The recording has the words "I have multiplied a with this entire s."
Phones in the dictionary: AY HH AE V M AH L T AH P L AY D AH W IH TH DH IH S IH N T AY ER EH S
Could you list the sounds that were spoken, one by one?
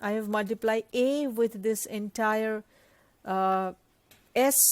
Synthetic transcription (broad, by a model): AY HH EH V M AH L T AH P L AY AH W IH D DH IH S IH N T AY ER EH S